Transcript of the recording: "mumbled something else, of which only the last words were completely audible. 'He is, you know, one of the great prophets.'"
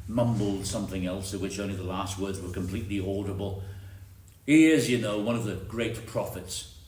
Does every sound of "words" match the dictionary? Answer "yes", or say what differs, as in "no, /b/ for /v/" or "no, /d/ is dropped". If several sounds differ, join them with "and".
yes